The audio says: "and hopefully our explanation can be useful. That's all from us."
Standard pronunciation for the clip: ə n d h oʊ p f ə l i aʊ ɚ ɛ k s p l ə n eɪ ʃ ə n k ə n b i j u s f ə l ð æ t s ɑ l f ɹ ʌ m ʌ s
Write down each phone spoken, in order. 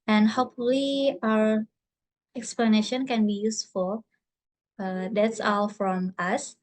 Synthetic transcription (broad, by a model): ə n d h oʊ p f ə l i aʊ ɚ ɛ k s p l ə n eɪ ʃ ə n k ə n b i j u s f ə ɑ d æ t s ɑ l f ɹ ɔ m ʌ s